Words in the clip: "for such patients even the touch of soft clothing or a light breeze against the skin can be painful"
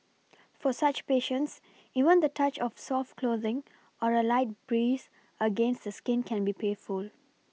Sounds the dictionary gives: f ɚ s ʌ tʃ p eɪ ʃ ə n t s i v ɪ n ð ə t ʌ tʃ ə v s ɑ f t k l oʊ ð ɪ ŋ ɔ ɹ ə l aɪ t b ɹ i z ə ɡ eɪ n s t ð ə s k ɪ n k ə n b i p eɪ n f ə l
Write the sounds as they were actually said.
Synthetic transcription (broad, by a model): f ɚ s ʌ tʃ p eɪ ʃ ə n t s i v ɪ n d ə t ʌ tʃ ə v s ɑ f t k l oʊ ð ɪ ŋ ɔ ɹ ə l aɪ t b ɹ i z ə ɡ eɪ n s t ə s k ɪ n k ə n b i p eɪ f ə l